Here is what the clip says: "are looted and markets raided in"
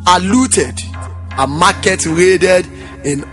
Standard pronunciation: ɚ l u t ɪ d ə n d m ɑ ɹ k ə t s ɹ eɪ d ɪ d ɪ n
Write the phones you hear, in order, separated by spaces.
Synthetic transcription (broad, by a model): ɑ l u t ɪ d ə m ɑ k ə t ɹ eɪ d ɪ d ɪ n